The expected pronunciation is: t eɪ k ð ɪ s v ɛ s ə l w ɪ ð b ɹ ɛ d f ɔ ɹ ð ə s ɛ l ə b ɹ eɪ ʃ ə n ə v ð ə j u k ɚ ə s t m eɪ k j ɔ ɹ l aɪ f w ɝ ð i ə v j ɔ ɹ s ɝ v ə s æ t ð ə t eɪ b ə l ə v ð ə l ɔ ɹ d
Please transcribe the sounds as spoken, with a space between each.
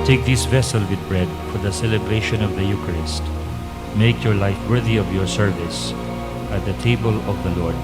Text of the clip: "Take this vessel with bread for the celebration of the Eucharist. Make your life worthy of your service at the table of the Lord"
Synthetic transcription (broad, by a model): t eɪ k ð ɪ s v ɛ s ə l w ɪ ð b ɹ ɛ d f ɔ ɹ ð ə s ɛ l ə b ɹ eɪ ʃ ə n ə v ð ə j u k ɚ ə s t m eɪ k j ɔ ɹ l aɪ f w ɝ ð i ə v j ɔ ɹ s ɝ v ə s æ t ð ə t eɪ b ə l ə v ð ə l ɔ ɹ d